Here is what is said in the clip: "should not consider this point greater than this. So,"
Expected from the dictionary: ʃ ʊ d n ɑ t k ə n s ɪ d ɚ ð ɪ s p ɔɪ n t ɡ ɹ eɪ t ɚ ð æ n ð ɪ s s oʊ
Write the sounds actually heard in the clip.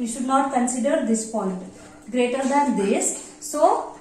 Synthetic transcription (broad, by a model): ʃ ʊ d n ɑ t k ə n s ɪ d ɚ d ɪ s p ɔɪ t ɡ ɹ eɪ t ɚ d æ n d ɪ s s oʊ